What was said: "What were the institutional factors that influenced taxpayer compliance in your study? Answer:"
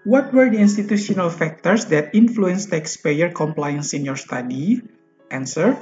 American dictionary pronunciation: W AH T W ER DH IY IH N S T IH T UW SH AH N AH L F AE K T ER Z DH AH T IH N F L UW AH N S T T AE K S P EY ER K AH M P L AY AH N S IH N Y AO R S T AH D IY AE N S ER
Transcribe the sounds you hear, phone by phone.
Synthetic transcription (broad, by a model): W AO T W ER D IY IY N S T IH T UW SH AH N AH L F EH K T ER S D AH T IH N F L UW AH N S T T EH K S P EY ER K AH M P L AY AH N S IH N Y AO R S T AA D IY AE N S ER